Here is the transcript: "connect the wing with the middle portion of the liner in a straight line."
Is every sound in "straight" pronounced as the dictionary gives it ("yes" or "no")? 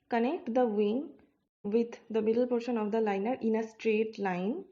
yes